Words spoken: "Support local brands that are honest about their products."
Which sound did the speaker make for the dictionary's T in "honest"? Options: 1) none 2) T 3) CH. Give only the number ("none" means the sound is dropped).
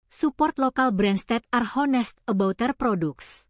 2